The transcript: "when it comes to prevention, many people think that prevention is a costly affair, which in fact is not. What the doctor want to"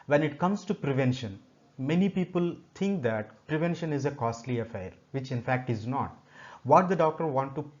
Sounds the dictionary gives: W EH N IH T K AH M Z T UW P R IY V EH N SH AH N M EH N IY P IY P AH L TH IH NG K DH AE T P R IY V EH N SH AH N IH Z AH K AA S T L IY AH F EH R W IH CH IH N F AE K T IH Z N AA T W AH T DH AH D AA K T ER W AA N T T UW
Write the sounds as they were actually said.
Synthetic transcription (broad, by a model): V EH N IH T K AH M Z T UW P R IY V EH N SH AH N M EH N IY P IY P AH L T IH NG K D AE T P R IY V EH N SH AH N IH Z AH K AA S T L IY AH F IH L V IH CH IH N F AE K T IH Z N AA T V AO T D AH D AA K T ER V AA N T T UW